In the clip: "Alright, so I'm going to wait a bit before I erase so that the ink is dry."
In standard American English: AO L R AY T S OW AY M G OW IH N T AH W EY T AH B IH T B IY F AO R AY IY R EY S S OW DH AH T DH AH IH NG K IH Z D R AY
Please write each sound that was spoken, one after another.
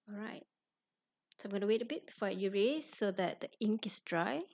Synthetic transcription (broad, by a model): AO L R AY T S OW AY M G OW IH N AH W EY T AH B IH T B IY F AO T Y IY R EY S S OW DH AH T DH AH IH NG K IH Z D R AY